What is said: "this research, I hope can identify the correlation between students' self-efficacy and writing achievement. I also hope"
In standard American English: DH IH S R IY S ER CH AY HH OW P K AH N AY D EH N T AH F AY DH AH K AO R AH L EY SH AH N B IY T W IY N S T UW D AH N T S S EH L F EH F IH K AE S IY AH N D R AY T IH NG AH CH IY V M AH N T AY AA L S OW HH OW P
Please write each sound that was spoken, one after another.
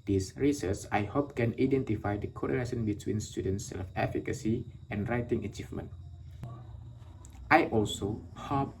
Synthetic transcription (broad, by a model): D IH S R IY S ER S AY HH OW P K AH N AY D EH N T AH F AY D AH K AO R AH N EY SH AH N B IY T W IY N S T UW D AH N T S S EH L F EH F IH K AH S IY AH N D R AY T IH NG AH CH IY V M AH N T AY AA L S OW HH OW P